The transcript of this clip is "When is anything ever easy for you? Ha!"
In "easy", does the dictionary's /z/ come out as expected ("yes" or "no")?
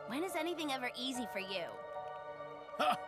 yes